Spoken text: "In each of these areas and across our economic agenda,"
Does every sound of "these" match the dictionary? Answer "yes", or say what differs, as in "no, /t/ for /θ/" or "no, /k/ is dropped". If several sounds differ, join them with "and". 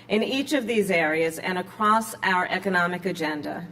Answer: yes